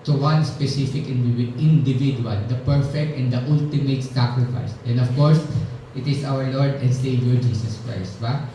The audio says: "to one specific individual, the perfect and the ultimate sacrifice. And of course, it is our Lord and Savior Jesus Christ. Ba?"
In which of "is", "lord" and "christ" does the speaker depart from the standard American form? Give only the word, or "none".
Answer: is